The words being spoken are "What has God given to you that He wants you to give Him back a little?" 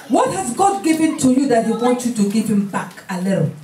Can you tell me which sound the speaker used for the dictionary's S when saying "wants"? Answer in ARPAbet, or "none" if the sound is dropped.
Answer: none